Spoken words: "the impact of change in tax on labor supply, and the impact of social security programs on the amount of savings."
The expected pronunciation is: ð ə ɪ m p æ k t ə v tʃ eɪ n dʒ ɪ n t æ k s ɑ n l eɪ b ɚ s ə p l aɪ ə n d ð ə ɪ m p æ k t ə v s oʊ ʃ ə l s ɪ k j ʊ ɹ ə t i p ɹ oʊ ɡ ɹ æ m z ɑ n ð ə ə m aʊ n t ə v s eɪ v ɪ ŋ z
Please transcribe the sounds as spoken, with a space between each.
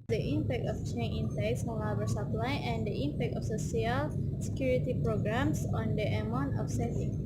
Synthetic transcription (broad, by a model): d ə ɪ m p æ k t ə f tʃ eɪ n ɪ n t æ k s ɑ n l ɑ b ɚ s ə p l aɪ ə n d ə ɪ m p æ k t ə f s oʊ s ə l s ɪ k j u ɹ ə t i p ɹ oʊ ɡ ɹ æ m s ɑ n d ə ə m aʊ n t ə f s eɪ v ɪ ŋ